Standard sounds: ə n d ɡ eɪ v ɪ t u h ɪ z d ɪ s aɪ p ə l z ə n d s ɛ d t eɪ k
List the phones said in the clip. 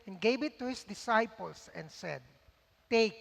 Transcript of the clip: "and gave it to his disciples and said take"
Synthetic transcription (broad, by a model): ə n ɡ eɪ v ɪ t u h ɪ s d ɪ s aɪ p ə l s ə n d s ɛ d t eɪ k